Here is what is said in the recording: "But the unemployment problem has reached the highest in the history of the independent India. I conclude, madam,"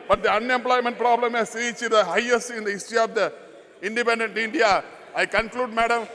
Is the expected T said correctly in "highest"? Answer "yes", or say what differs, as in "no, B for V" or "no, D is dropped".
no, T is dropped